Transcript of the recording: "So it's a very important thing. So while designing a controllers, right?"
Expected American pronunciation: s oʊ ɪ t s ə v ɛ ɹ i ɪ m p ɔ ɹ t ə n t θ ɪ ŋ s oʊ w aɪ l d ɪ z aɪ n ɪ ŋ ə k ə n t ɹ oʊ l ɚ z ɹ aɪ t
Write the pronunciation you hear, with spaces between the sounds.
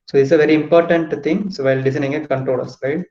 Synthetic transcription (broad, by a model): s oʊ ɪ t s ə v ɛ ɹ i ɪ m p ɔ ɹ t ə n t t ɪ ŋ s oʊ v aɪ l d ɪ s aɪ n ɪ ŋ ə k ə n t ɹ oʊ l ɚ s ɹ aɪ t